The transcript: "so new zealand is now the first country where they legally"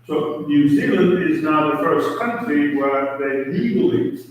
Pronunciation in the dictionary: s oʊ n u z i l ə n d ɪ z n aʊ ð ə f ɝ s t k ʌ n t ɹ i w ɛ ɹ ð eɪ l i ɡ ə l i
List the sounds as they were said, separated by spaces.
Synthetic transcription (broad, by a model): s oʊ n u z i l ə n ɪ z n aʊ ð ə f ɝ s k ʌ n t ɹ i w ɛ ɹ ð eɪ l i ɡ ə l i